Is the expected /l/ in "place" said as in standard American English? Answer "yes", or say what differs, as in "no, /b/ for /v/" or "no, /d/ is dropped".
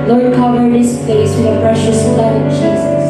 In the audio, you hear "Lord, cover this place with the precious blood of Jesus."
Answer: no, /l/ is dropped